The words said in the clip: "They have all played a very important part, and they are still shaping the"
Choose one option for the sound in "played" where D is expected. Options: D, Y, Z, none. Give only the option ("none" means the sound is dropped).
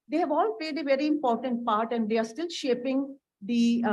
D